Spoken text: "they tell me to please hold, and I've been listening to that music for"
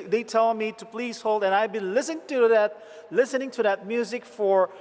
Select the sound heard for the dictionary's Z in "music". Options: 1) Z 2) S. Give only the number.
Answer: 1